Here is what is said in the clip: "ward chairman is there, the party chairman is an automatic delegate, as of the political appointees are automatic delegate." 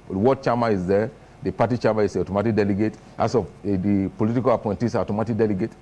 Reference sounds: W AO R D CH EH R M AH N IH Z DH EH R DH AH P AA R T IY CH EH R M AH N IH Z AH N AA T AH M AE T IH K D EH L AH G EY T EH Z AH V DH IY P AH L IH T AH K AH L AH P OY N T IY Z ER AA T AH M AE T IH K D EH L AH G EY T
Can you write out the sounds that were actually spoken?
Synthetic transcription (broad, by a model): W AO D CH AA M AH IH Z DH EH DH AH P AA T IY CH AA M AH IH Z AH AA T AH M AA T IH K D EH L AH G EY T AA S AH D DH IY P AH L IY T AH K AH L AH P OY N T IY S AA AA T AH M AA T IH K D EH L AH G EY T